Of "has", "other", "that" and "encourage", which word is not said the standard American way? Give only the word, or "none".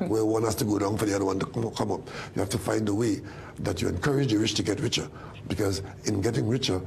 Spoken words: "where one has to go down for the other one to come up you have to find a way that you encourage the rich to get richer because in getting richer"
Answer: has